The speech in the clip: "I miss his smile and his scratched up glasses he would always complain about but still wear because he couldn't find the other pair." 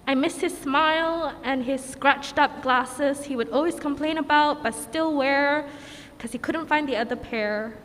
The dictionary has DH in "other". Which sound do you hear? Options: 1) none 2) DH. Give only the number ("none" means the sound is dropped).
2